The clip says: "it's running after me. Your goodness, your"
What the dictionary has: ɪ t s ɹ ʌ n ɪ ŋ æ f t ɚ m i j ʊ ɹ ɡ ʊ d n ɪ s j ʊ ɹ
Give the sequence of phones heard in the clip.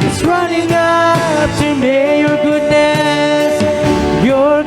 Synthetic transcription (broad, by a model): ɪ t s ɹ ʌ n ɪ ŋ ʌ p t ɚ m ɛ j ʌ ɹ ɡ ʊ d n ɪ s j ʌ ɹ